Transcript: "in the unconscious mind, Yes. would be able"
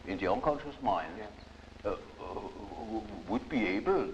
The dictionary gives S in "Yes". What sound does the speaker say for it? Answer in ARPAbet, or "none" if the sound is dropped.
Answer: none